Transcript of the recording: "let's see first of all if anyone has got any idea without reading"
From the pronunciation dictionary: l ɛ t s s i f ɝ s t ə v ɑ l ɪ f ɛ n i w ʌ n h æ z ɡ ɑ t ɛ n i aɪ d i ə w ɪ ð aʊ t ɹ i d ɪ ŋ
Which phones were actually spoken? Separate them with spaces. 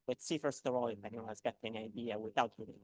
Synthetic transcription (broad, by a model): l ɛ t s s i f ɝ s t ə v ɑ l ɪ f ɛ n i w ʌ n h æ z ɡ ɑ t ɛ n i aɪ d i ə w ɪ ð aʊ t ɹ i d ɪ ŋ